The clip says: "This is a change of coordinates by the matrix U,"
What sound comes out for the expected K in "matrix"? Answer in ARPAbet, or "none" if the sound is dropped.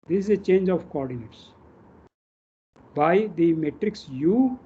K